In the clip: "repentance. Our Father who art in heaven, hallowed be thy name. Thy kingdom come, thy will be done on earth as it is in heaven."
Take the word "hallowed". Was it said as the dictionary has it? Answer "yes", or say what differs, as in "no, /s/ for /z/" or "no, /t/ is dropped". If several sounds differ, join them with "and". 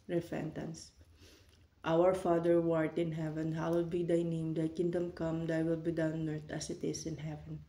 no, /w/ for /l/